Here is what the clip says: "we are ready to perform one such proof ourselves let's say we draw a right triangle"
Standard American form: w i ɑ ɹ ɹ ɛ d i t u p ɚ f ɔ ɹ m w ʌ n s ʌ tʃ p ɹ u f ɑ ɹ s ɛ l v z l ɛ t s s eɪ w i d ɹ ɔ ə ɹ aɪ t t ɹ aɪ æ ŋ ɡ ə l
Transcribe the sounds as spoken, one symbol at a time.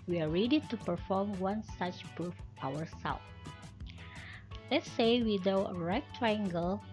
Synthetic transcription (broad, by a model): w i ɑ ɹ ɹ ɛ d i t u p ɚ f ɔ ɹ m w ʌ n s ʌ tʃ p ɹ u f ɑ ɹ s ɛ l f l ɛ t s s eɪ w i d ɔ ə ɹ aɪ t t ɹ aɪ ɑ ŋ ɡ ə l